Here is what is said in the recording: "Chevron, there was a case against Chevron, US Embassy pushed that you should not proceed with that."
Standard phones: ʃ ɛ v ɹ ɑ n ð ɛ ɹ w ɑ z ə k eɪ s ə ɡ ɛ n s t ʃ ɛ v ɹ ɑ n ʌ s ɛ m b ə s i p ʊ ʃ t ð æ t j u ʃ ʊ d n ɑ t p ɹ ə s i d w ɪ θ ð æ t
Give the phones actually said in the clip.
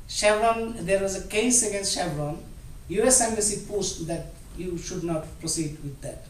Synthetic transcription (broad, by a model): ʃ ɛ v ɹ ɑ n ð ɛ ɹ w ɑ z ə k eɪ s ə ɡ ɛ n s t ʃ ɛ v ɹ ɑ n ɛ s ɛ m ə s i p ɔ s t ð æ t j u ʃ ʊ d n ɑ t p ɹ ə s i d w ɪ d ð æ t